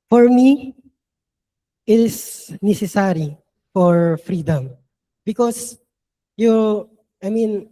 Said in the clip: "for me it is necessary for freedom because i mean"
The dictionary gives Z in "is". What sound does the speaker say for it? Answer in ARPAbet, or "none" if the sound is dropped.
S